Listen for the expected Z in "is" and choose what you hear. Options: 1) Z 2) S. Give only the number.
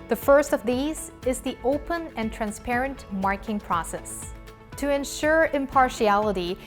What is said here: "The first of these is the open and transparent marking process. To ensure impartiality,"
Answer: 1